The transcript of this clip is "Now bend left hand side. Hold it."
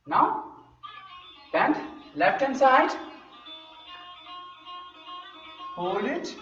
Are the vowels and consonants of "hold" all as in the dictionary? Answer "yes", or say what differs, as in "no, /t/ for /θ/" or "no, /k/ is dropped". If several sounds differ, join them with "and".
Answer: no, /d/ is dropped